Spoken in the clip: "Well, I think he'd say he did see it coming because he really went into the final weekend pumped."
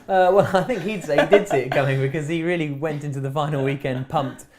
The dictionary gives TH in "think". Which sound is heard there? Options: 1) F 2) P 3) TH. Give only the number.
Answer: 3